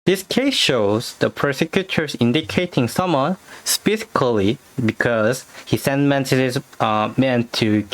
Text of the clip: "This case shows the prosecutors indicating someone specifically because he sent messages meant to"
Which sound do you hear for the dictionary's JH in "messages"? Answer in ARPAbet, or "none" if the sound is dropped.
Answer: none